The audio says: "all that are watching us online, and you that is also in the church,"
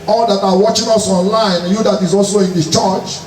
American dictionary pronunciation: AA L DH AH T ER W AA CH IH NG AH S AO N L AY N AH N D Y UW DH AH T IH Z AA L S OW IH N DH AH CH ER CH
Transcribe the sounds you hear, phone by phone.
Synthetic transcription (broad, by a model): AA L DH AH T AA W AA CH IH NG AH S AO N L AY AH N Y UW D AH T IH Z AA L S OW IH N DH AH CH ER CH